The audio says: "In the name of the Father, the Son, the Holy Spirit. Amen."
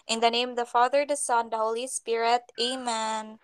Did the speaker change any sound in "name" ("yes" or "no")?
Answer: yes